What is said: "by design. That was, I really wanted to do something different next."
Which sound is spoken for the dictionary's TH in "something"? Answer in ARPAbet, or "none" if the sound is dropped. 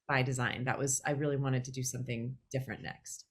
TH